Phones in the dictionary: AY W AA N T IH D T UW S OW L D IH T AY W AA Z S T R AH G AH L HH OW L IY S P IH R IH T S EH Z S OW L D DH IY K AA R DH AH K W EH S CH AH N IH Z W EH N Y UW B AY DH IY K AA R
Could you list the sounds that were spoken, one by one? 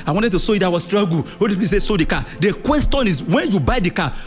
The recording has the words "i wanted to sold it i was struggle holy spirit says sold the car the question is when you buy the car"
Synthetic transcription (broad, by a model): AY W AA N T IH D T UW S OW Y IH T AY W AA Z S T R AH G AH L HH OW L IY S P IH IH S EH S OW D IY K AA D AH K W EH S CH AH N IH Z W EH N Y UW B AY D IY K AA